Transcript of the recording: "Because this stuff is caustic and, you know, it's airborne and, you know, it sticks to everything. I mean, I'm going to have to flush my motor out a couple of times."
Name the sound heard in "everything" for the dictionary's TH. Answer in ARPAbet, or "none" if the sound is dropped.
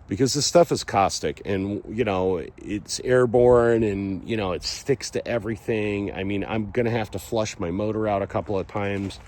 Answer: TH